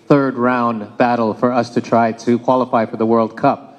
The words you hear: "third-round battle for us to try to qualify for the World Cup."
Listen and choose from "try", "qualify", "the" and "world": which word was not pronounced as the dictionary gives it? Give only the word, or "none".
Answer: none